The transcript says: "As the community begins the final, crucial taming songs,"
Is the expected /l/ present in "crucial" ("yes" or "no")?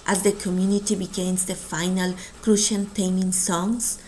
no